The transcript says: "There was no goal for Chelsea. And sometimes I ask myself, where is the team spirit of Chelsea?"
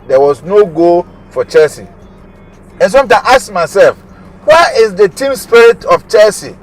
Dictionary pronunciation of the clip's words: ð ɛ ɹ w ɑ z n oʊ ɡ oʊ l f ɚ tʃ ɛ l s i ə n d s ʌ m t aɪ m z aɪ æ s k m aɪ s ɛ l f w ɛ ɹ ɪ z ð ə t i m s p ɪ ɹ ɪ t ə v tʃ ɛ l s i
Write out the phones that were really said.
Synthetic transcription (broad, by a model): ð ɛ w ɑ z n oʊ ɡ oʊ f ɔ tʃ ɛ l s i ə n s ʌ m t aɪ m aɪ s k m aɪ s ɛ l f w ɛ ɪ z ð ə t i m s p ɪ ɹ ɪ t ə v tʃ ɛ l s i